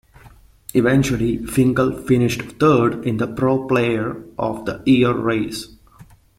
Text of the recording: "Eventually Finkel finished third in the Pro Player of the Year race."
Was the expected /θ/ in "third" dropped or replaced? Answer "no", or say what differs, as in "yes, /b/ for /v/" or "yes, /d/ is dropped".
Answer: yes, /t/ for /θ/